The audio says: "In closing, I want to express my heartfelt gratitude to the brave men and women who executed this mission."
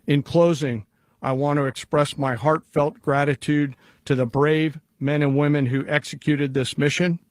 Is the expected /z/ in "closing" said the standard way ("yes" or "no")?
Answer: yes